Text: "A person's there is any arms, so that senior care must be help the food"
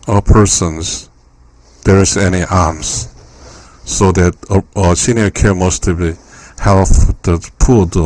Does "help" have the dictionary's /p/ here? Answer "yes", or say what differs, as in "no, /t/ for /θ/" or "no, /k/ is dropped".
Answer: no, /f/ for /p/